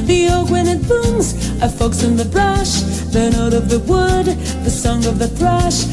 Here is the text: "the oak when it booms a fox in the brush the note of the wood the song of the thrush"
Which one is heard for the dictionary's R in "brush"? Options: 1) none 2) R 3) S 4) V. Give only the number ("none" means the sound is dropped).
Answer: 2